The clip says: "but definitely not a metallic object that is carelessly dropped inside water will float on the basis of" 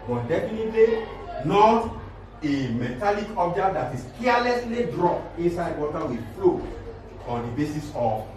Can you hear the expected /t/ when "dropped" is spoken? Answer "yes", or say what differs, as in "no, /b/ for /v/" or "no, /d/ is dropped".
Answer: no, /t/ is dropped